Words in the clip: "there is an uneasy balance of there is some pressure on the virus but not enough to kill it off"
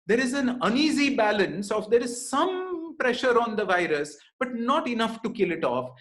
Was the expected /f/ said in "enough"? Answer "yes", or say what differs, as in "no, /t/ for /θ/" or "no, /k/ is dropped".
yes